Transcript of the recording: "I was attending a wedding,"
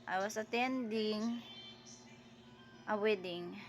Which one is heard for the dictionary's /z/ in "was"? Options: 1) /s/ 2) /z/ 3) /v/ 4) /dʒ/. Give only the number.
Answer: 1